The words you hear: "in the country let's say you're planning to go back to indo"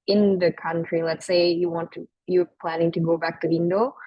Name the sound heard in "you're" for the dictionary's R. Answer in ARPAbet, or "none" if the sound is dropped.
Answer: W